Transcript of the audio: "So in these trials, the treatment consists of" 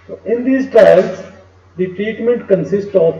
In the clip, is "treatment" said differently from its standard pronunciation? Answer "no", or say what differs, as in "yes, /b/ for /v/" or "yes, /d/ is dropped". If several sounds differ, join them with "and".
no